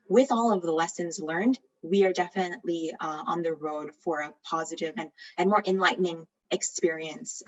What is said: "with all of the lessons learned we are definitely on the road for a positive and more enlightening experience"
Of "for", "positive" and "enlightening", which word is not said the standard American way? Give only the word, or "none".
none